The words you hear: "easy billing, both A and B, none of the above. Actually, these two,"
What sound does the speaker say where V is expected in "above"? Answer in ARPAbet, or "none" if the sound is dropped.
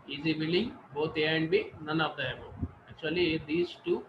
none